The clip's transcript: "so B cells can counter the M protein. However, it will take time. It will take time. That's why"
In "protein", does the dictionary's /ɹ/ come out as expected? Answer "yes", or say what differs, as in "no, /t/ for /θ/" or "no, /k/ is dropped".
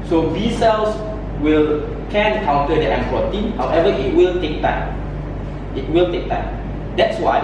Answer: no, /ɹ/ is dropped